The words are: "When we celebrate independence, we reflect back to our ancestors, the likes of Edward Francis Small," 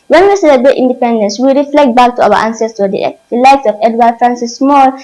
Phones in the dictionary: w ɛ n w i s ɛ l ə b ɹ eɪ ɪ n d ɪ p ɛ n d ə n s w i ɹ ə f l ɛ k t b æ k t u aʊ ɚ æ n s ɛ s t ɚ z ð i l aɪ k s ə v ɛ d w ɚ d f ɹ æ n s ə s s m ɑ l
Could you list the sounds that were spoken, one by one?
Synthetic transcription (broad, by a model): w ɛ n w i s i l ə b eɪ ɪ n d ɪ p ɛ n d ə n s w i ɹ ə f l ɛ k t b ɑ k t u aʊ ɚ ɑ n s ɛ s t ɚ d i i l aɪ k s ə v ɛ d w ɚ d f ɹ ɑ n s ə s s m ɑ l